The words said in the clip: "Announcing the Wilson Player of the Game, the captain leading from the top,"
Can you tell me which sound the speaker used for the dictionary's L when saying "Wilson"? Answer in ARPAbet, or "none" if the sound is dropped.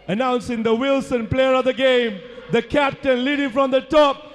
L